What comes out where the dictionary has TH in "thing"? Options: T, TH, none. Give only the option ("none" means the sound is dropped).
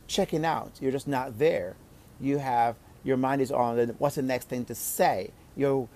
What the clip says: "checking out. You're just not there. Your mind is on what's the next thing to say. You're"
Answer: TH